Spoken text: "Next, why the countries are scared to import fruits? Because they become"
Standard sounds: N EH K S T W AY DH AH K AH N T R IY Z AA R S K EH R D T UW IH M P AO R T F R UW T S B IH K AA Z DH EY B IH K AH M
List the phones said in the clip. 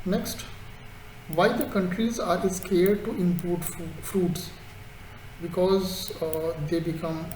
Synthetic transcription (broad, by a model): N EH K S T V AY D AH K AH N T R IY Z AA R S K EH R D T UW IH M P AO R T F R UW T S B IH K AA Z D EY B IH K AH M